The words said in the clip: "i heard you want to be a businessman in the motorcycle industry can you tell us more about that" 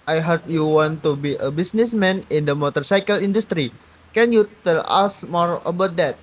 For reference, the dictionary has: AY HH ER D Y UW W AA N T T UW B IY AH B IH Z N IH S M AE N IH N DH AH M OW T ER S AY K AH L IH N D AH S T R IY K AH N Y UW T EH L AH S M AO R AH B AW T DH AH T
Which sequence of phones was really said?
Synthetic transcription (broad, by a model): AY HH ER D Y UW W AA N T T UW B IY AH B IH S N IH S M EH N IH N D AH M OW T ER S AY K AH L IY N D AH S T R IY K AH N Y UW T EH L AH S M AO R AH B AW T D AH T